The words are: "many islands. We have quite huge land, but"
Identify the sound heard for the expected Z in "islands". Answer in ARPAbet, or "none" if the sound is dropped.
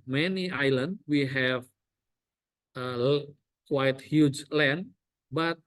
none